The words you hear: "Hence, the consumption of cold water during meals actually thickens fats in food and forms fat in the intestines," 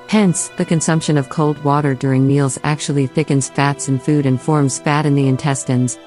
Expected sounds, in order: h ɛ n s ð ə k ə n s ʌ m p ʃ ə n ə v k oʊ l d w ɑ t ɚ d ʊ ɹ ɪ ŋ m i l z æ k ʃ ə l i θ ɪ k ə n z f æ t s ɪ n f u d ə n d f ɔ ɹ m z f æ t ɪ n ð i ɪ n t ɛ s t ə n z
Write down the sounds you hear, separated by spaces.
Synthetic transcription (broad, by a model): h ɛ n s ð ə k ə n s ʌ m p ʃ ə n ə v k oʊ l d w ɑ t ɚ d ʊ ɹ ɪ ŋ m i l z æ k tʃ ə l i θ ɪ k ə n z f æ t s ɪ n f u d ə n f ɔ ɹ m z f æ t ɪ n ð i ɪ n t ɛ s t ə n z